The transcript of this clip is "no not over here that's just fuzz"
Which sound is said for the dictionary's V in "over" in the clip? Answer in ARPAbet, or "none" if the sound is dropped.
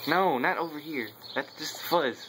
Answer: V